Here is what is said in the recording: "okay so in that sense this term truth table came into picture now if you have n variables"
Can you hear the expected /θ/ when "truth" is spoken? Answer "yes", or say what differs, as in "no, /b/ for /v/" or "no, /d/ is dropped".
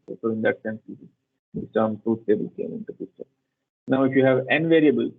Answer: no, /s/ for /θ/